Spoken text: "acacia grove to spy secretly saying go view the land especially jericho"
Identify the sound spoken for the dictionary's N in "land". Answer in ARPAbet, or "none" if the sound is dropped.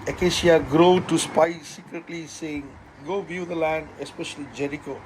N